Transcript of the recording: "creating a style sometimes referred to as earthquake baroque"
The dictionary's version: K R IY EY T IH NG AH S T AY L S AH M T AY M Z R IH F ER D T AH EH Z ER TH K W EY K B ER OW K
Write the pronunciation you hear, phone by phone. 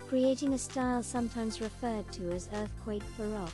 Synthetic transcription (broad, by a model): K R IY EY T IH NG AH S T AY L S AH M T AY M Z R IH F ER D T AH Z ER TH K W EY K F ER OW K